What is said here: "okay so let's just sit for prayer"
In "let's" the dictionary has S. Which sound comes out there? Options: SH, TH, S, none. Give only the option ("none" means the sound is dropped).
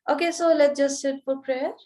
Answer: none